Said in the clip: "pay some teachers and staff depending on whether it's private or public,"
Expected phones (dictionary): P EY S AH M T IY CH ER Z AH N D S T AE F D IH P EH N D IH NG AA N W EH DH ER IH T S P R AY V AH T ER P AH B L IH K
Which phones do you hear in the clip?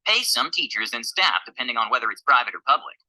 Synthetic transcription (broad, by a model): P EY S AH M T IY CH ER Z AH N S T AE F D IH P EH N D IH NG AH N W EH DH ER IH T S P R AY V AH T ER P AH B L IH K